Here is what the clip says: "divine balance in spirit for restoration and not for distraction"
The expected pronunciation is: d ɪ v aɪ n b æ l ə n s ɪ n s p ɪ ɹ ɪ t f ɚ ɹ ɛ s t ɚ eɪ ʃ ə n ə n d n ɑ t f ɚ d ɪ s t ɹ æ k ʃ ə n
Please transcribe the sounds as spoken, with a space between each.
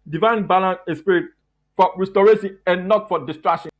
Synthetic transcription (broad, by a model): d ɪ v aɪ n b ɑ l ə n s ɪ s p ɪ ɹ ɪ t f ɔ ɹ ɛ s t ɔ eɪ s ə ə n n ɑ t f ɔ d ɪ s t ɹ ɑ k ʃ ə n